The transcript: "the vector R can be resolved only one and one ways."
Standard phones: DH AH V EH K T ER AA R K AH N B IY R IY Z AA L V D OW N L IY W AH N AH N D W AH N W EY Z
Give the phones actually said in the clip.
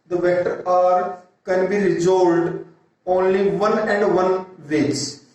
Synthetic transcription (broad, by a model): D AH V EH T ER AA R K AH N B IY R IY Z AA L D OW N L IY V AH N AH N D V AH N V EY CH